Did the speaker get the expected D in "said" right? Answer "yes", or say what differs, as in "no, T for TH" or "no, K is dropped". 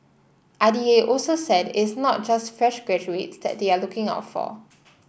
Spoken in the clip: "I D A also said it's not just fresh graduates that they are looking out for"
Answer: yes